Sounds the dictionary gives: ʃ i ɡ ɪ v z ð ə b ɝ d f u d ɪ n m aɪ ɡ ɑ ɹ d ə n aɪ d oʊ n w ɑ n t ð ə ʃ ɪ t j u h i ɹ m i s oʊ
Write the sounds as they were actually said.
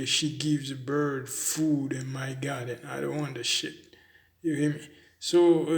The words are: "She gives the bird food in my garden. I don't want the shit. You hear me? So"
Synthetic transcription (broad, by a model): ʃ i ɡ ɪ v z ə b ɝ d f u d ɪ n m aɪ ɡ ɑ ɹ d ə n aɪ d oʊ n w ɑ n t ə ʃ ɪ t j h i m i s oʊ